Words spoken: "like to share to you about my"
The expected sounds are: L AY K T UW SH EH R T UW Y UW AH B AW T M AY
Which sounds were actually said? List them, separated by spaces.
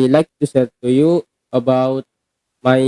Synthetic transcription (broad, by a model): L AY K T UW S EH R T UW Y UW AH B AW T M AY